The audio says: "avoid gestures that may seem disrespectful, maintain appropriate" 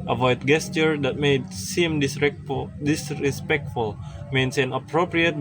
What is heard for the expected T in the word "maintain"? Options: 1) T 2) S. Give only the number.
2